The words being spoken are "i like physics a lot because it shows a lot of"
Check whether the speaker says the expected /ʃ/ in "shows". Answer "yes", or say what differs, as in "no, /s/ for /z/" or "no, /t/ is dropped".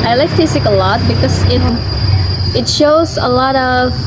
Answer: yes